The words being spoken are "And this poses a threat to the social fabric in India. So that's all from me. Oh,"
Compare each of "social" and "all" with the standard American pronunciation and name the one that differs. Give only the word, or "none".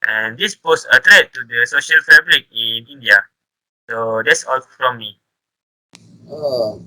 none